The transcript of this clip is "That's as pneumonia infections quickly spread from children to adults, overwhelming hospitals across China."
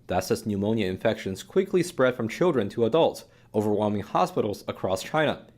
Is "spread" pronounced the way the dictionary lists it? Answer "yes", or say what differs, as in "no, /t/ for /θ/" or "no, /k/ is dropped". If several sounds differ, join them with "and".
yes